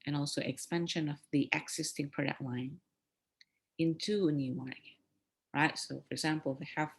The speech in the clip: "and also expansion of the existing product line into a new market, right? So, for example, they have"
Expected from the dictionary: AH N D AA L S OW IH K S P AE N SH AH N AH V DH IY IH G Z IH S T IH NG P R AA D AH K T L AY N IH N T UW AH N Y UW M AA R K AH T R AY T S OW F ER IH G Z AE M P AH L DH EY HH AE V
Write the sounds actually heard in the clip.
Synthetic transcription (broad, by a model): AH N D AA L S OW IH K S P AE N SH AH N AH V DH IY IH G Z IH S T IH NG P R AA D AH K T L AY N IH N T UW AH N Y UW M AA R AH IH T S OW F ER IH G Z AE M P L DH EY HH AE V